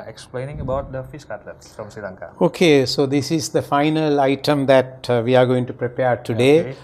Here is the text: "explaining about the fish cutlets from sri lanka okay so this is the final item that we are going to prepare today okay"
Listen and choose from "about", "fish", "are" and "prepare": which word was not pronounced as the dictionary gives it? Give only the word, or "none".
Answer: fish